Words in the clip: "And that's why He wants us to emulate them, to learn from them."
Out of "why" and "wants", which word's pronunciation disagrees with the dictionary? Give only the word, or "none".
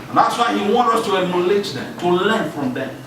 wants